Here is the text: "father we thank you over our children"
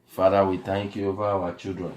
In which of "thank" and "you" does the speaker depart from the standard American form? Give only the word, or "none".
thank